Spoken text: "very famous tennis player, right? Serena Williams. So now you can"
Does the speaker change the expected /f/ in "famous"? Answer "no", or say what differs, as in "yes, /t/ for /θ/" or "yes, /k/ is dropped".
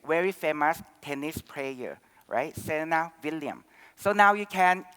no